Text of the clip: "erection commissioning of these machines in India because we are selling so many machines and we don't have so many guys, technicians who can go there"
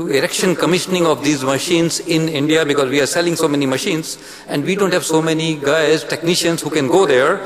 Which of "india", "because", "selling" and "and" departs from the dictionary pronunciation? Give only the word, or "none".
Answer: none